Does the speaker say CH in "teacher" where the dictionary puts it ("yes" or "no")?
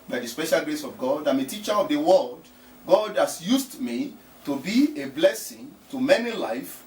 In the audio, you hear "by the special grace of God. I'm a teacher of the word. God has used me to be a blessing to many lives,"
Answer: yes